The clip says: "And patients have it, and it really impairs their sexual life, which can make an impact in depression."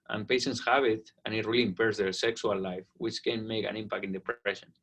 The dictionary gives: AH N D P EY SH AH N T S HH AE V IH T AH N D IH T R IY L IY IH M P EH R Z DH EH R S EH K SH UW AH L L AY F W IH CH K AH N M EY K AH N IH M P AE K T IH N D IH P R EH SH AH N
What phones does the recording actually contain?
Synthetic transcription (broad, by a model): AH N P EY SH AH N T S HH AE B IH T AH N IH T R IY L IY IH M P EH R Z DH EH R S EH K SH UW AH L L AY F W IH CH K AH N M EY K AH N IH M P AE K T IH N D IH P R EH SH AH N